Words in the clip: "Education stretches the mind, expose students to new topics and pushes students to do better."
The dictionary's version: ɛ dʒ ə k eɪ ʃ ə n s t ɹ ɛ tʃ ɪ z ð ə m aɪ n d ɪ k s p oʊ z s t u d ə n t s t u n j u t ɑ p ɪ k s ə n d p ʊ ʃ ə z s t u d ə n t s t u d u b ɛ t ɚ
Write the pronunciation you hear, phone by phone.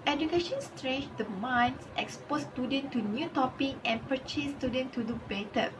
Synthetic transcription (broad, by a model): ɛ dʒ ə k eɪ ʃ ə n s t ɹ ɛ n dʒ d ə m aɪ n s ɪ k s p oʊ s t u d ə n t t u n j u t ɑ p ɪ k ə n p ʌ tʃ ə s t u d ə n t t u d u b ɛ t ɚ